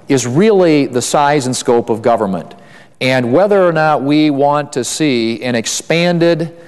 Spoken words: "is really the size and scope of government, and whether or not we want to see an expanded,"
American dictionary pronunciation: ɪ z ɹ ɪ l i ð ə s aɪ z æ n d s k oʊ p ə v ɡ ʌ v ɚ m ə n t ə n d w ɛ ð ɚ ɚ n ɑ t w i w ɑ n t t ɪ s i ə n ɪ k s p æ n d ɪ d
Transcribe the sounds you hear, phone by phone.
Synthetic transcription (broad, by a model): ɪ z ɹ ɪ l i ð ə s aɪ z n s k oʊ p ə v ɡ ʌ v ɚ m ə n t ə n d w ɛ ð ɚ ɚ n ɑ t w i w ɑ n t t ɪ s i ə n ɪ k s p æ n d ɪ d